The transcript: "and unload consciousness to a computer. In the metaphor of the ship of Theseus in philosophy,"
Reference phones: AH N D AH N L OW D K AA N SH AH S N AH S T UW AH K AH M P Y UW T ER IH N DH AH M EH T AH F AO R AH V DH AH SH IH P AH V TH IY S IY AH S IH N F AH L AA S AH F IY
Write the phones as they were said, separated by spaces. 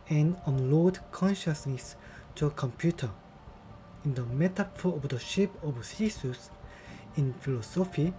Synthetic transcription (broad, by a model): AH N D AH N L OW D K AA N SH AH S N AH S T UW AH K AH M P Y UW T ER IH N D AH M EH T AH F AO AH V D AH SH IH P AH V S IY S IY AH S IH N F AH L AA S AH F IY